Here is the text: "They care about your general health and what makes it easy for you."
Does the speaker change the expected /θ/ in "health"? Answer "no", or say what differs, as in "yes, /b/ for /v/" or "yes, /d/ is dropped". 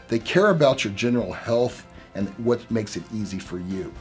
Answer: no